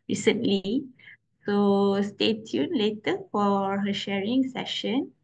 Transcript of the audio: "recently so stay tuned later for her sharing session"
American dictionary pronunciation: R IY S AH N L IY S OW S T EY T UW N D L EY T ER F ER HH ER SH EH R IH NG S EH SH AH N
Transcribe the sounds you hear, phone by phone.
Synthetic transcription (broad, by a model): R IY S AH N L IY S OW S T EY T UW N L EY T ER F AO HH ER SH EH R IH NG S EH SH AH N